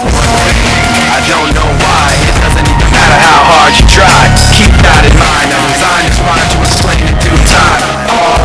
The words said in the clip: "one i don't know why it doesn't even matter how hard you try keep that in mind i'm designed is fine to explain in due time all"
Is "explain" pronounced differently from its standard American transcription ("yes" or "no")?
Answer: yes